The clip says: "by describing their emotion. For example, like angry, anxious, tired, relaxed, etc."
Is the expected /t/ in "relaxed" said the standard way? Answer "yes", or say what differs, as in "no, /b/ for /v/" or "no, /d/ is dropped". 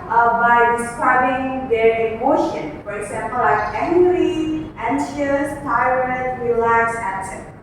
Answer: no, /t/ is dropped